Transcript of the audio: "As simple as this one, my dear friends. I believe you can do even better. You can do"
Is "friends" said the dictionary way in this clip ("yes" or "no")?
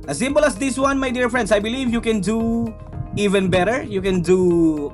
no